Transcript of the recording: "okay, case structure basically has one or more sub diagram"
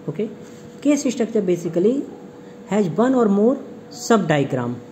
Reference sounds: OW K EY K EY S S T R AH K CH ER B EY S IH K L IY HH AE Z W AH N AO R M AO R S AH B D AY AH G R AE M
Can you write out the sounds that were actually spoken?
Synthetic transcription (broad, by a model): OW K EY K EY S SH T AH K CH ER B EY S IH K L IY HH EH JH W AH N AO R M AO R S AH B D AY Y G R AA M